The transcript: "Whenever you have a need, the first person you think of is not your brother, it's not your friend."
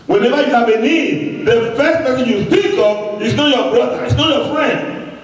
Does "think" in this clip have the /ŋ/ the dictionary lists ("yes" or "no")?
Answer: no